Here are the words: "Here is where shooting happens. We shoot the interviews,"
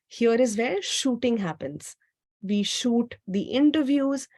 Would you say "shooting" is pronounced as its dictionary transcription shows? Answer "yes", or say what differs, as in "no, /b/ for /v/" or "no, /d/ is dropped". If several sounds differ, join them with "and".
yes